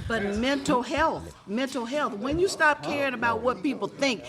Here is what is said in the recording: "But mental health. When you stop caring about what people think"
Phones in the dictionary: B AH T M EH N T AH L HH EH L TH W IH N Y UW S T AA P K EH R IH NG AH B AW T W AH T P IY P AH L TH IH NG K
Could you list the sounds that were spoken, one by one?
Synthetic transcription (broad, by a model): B AH T M EH N T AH L HH EH L TH W IH N Y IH S T AA P K EH R IH NG AH B AW T W AH T P IY P L TH IH NG K